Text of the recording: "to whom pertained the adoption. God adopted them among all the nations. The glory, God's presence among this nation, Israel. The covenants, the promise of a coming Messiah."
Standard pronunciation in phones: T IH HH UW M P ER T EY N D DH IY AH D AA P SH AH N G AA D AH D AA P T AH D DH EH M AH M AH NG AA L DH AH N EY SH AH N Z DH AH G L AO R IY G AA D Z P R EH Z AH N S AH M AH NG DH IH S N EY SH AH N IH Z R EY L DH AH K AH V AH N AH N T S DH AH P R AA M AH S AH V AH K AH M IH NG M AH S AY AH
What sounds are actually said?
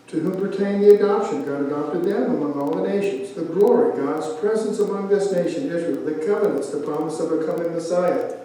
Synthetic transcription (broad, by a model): T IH HH UW M P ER T EY N DH IY AH D AA P SH AH N G AA D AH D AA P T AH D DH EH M AH M AH NG AA L DH AH N EY SH AH N Z DH AH G L AO R IY G AA D Z P R EH Z AH N S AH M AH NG DH IH S N EY SH AH N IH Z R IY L DH AH K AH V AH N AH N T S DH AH P AA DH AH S AH V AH K AH M IH NG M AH S AY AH